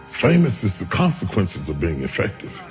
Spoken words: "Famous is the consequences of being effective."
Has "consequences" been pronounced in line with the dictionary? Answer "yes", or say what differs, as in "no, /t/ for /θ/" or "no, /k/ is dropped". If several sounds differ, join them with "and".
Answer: yes